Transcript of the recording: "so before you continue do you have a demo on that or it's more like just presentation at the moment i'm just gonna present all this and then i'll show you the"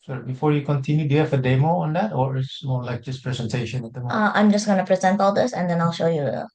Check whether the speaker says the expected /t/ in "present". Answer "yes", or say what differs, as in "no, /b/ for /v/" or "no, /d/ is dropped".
yes